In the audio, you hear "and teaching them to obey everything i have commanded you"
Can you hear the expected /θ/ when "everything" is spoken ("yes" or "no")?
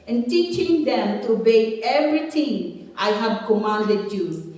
no